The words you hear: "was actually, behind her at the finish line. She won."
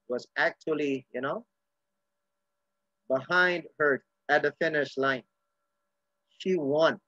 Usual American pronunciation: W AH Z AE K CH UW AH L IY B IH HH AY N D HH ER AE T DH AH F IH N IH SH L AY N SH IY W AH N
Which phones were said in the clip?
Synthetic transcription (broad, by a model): W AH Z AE K CH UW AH N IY B IH HH AY N D HH ER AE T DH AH F IH N IH SH L AY N SH IY W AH N